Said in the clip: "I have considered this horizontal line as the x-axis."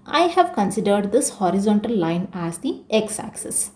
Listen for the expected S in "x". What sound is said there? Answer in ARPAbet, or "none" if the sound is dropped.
S